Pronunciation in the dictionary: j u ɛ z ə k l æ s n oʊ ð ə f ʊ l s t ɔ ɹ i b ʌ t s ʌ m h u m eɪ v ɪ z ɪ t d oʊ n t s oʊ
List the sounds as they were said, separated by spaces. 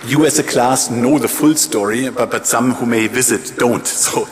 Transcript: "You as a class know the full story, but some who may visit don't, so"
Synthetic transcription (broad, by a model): j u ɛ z ə k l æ s n oʊ ð ə f ʊ l s t ɔ ɹ i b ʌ t s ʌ m h u m eɪ v ɪ z ɪ t d oʊ n t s oʊ